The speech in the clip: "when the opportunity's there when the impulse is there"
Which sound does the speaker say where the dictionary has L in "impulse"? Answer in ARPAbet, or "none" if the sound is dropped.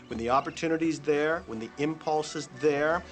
L